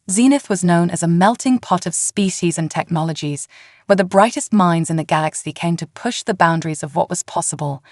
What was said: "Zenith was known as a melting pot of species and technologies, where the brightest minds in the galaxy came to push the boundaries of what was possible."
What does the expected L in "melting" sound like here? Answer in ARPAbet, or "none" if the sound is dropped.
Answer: L